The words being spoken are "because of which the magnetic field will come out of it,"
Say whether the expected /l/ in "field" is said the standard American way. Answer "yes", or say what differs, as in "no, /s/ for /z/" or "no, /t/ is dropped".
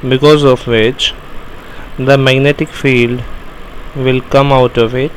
yes